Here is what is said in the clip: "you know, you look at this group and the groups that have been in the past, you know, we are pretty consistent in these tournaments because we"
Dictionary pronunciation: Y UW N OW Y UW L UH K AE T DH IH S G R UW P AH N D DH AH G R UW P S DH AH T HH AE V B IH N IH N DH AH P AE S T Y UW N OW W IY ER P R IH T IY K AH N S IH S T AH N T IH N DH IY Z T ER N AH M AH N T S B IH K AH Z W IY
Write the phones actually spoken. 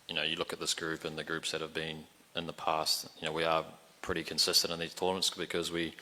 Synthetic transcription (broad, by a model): Y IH N OW Y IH L UH K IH T DH IH S G R UW P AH N DH AH G R UW P S DH AH T HH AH V B IH N IH N DH AH P AE S T Y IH N OW W IY ER P R IH T IY K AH N S IH S T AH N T IH N DH IY Z T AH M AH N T S B IH K AH Z W IY